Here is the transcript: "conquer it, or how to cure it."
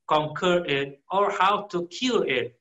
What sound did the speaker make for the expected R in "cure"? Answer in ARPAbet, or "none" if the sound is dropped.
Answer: L